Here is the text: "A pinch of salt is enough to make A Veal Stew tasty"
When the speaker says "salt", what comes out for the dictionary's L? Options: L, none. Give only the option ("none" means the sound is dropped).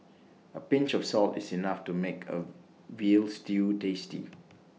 L